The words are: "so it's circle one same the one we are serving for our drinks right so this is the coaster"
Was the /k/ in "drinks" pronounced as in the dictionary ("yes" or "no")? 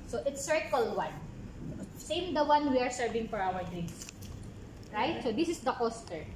no